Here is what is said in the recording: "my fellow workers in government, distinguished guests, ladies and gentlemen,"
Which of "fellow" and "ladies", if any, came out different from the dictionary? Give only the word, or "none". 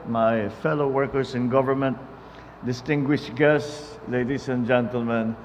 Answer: ladies